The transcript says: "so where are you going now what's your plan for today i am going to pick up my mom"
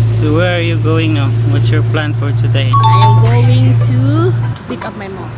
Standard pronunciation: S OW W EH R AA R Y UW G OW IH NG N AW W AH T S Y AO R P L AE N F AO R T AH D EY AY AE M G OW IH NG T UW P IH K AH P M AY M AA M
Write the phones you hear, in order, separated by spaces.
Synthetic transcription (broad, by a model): S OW W EH R AA R Y UW G OW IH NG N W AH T Y AO R P L AE N F AO R T AH D EY AY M G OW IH NG T UW P IH K AH P M AY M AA